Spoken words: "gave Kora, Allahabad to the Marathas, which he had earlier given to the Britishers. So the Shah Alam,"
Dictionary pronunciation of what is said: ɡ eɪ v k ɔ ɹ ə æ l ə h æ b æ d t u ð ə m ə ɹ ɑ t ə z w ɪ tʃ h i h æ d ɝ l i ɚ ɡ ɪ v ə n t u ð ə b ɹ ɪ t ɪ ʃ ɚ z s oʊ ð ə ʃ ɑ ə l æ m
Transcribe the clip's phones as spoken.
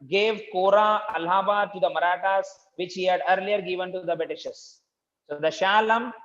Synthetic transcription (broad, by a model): ɡ eɪ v k ɔ ɹ ə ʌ l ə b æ t u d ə m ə ɹ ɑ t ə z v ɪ tʃ h i h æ d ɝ l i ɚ ɡ ɪ v ə n t u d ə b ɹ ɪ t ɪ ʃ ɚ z s oʊ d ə ʃ ɑ l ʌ m